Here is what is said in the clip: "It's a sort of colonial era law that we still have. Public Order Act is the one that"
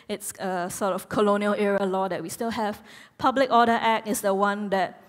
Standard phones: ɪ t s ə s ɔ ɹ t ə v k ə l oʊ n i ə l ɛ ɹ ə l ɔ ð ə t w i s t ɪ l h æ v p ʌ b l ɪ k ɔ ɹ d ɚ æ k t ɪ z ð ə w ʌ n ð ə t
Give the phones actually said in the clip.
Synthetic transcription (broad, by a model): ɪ t s ə s ɔ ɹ t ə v k ə l oʊ n i ə l ɛ ɹ ə l ɔ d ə t w i s t ɪ l h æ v p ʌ b l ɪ k ɔ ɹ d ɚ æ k ɪ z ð ə w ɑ n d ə t